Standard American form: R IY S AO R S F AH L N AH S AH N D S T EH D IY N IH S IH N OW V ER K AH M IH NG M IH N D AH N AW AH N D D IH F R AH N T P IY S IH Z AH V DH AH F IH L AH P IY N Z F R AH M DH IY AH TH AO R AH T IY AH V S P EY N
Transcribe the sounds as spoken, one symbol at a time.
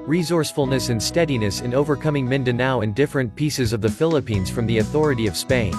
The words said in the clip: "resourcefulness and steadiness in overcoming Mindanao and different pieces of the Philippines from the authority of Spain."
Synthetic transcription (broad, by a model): R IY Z AO R S F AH L N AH S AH N S T EH D IY N IH S IH N OW V ER K AH M IH NG M IH N D AH N AW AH N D D IH F R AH N P IY S IH Z AH V DH AH F IH L AH P IY N Z F R AH M DH IY AH TH AO R AH T IY AH V S P EY N